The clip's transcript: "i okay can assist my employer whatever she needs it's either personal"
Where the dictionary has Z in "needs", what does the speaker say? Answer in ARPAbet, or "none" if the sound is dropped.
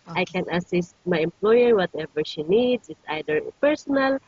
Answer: S